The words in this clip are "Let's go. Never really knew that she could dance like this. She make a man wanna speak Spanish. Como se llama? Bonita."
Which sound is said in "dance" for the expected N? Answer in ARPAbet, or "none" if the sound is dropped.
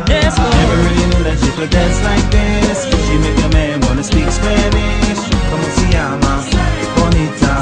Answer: none